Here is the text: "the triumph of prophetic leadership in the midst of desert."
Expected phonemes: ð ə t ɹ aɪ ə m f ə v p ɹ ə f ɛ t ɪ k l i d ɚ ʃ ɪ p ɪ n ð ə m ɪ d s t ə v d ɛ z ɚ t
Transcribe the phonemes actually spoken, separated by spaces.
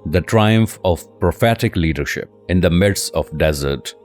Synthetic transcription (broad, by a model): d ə t ɹ aɪ ə m f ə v p ɹ ə f ɛ t ɪ k l i d ɚ ʃ ɪ p ɪ n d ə m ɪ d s ə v d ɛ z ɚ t